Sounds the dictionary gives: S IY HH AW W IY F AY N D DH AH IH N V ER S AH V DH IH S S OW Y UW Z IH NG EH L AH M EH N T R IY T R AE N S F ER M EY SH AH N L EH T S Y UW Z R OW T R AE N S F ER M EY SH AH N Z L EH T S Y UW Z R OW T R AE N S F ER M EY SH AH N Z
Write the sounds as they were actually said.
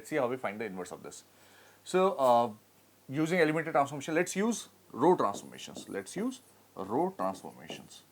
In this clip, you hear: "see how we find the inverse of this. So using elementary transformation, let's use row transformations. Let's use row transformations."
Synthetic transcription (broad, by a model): S IY HH AW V IY F AY N D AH IH N V ER S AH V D IH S S OW Y UW Z IH NG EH L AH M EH T IY T R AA N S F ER M EY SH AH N L EH T S Y UW Z R OW T R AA N S F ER M EY SH AH N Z L EH T S Y UW Z R OW T R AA N S F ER M EY SH AH N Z